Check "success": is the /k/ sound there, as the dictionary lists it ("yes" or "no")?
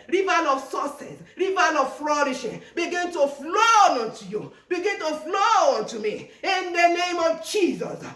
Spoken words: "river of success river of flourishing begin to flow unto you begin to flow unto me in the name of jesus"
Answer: no